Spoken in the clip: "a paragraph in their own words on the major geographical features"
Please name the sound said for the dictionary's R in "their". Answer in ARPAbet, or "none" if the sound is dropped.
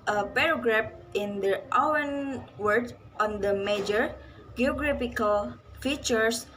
W